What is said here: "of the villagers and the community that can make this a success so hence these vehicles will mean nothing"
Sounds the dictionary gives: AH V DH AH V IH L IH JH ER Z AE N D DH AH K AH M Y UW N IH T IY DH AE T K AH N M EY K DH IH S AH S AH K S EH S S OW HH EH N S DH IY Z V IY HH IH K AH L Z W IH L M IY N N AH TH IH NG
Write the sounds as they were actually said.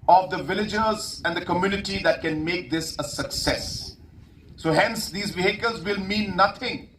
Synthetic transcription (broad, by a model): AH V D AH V IH L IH JH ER Z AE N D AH K AH M Y UW N IH T IY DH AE T K AH N M EY K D IH S AH S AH K S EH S S OW HH EH N S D IY Z B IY HH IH K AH L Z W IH L M IY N N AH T IH NG